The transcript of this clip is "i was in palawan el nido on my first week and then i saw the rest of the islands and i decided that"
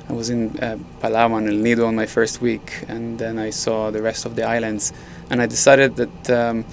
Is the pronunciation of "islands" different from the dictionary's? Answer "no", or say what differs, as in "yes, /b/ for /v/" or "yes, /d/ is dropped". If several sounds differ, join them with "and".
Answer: no